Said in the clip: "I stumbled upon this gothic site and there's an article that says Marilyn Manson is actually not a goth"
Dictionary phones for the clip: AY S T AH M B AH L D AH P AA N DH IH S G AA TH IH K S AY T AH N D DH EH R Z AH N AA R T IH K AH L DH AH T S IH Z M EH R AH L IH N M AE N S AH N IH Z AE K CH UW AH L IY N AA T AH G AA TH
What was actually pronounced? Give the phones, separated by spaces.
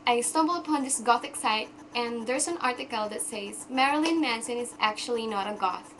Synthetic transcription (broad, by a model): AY S T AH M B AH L AH P AA N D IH S G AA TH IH K S AY T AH N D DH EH R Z AH N AA R T IH K AH L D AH T S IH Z M EH R AH L IH N M AE N S AH N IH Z AE K CH UW AH L IY N AA T AH G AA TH